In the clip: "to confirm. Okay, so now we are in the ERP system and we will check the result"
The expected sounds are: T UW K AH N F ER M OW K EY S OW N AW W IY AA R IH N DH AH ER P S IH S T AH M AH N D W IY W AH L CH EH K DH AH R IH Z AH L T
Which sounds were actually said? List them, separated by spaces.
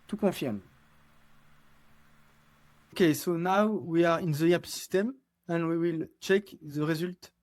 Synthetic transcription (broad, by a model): T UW K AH F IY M OW K EY S OW N AW W IY AA R IH N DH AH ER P S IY S T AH M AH N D W IY W AH L CH EH K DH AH R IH Z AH L T